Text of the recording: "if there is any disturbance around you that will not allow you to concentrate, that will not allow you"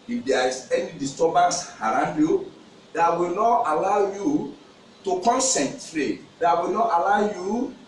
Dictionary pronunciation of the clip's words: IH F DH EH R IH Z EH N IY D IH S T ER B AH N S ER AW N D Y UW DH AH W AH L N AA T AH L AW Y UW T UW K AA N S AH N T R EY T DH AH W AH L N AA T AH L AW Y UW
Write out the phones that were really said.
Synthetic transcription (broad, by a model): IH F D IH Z EH N IY D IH S T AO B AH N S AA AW N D Y UW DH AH W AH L N AA T AH L AW Y UW T UW K AA N S AH N T R EY T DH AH W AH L N AA T AH L AW Y UW